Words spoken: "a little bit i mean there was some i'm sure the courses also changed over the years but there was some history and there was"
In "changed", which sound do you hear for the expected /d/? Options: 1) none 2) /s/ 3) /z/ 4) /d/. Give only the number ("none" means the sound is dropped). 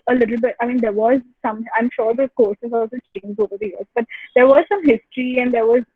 1